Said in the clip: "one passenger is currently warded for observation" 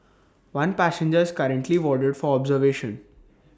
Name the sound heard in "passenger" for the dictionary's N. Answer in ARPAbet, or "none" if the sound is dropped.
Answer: N